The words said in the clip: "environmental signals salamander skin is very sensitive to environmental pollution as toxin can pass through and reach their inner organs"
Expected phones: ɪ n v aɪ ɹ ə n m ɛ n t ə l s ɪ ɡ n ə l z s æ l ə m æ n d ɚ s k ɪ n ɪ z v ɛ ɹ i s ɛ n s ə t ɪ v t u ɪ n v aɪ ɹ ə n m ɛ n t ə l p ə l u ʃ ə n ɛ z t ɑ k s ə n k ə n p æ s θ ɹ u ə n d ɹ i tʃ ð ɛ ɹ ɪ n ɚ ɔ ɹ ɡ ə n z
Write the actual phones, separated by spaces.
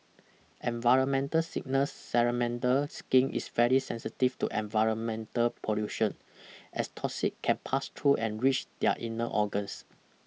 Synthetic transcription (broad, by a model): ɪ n v aɪ ɹ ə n m ɛ n t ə l s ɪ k n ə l s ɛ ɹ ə m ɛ n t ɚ s k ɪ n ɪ s v ɛ ɹ i s ɛ n s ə t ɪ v t u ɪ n v aɪ ɹ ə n m ɛ n t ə l p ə l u ʃ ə n ɛ s t ɑ s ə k k ə n p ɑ s t ɹ u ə n ɹ i tʃ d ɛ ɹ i n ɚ ɔ ɡ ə n s